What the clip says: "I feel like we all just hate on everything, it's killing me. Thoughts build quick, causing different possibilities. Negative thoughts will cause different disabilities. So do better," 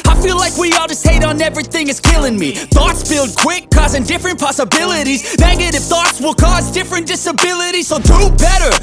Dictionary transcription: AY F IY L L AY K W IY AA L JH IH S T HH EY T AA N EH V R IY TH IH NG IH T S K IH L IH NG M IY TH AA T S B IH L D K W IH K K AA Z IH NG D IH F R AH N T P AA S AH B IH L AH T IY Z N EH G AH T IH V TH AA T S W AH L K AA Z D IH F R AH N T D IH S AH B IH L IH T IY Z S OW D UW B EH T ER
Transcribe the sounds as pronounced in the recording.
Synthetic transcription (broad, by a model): AY F IY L L AY K W IY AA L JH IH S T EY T N EH V R IY TH IH NG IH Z K IH L IH NG M IY TH AA T S B IH L D K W IH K K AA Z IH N D IH F R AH N P AA S AH B IH L AH T IY Z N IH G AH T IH F TH AA T S W AH L K AA Z D IH F R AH N D IH S AH B IH L IH T IY Z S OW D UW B EH T ER